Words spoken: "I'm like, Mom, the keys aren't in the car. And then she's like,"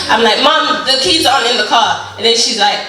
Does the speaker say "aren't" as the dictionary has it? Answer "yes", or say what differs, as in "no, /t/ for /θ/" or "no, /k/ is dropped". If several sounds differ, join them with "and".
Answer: no, /t/ is dropped